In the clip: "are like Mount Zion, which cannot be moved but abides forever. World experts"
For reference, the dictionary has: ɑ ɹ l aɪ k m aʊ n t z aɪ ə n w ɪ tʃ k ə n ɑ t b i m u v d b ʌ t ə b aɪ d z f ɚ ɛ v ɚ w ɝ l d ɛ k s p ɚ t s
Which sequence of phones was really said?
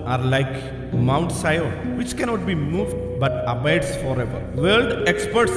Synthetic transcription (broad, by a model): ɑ ɹ l aɪ k m aʊ n t s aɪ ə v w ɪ tʃ k ə n ɑ t b i m u v d b ʌ t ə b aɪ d s f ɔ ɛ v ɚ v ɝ l d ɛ k s p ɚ t s